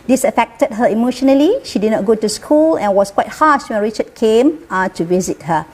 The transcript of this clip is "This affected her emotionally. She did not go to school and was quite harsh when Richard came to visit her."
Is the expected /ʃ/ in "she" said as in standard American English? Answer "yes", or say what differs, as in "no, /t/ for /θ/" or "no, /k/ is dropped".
yes